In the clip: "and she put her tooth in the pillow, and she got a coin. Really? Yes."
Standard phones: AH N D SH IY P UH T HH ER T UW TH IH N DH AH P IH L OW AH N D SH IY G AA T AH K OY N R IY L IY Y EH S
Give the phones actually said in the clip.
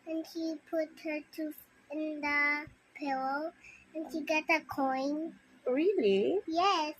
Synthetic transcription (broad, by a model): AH N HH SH IY P UH T HH ER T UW F IH N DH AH P IH L OW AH N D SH IY G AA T AH K OY N R IY L IY Y EH S